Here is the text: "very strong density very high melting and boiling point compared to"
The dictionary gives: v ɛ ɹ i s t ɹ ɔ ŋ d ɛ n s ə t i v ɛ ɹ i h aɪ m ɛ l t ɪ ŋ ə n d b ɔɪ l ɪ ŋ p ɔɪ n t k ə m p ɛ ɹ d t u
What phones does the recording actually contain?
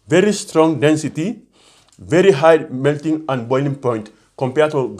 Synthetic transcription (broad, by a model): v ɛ ɹ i s t ɹ ɔ ŋ d ɛ n s ə t i v ɛ ɹ i h aɪ m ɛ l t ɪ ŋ ə n d b ɔɪ l ɪ ŋ p ɔɪ n t k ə m p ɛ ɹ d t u